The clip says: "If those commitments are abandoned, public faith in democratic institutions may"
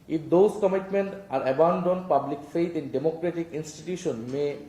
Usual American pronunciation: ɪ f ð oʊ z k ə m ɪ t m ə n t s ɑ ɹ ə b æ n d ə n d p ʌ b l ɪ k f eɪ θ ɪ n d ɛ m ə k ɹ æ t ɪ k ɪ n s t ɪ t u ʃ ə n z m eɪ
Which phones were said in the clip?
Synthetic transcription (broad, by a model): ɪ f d oʊ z k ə m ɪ t m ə n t ɑ ɹ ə b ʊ n d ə n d p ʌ b l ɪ k f eɪ t ɪ n d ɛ m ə k ɹ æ t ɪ k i n s t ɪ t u ʃ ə n m eɪ